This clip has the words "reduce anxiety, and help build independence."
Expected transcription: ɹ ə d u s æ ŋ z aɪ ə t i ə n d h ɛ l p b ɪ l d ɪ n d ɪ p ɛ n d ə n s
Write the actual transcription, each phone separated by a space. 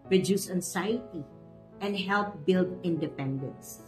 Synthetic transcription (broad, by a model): ɹ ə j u s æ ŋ s aɪ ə t i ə n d h ɛ l p b ɪ l d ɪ n d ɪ p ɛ n d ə n s